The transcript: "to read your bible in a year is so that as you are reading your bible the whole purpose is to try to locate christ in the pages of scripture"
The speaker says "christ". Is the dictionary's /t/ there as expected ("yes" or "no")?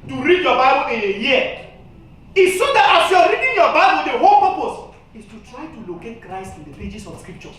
yes